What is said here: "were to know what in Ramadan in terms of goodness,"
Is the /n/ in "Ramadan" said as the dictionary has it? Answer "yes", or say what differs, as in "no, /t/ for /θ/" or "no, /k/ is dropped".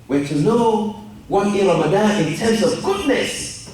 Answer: no, /n/ is dropped